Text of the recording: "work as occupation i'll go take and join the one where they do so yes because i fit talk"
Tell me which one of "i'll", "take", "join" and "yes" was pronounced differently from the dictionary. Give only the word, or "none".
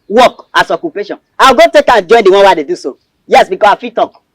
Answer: i'll